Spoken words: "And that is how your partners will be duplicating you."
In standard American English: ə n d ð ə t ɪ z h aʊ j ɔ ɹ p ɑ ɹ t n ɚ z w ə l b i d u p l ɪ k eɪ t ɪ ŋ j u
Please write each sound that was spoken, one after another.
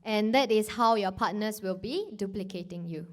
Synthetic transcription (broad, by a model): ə n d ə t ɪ s h aʊ j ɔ p ɑ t n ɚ s w ə l b i d u p l ɪ k eɪ t ɪ ŋ j u